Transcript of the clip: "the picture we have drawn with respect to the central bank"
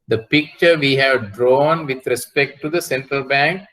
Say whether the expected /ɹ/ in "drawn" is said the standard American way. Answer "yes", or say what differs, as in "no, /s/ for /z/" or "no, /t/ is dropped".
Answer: yes